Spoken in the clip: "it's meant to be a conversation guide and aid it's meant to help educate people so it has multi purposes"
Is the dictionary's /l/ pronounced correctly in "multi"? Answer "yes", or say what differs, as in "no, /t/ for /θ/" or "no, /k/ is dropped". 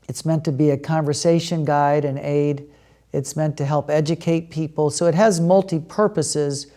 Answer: yes